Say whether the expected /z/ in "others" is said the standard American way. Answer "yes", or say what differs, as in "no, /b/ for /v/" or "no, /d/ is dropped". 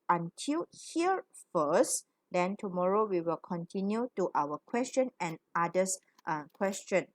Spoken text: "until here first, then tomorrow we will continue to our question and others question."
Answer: no, /z/ is dropped